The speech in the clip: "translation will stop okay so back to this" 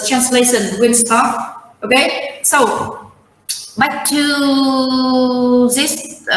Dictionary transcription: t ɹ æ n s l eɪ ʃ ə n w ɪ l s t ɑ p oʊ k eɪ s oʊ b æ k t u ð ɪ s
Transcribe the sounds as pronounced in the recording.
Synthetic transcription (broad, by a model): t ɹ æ n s l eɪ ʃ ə n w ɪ n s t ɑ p oʊ k eɪ s oʊ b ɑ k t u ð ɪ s